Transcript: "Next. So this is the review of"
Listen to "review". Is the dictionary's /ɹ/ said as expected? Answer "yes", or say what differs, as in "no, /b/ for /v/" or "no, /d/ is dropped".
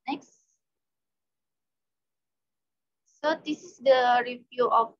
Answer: yes